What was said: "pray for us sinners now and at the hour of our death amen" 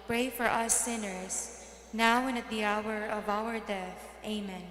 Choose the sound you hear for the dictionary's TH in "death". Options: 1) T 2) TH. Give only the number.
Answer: 2